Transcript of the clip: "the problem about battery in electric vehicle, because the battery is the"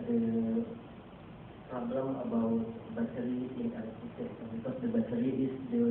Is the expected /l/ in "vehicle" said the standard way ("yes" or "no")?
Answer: no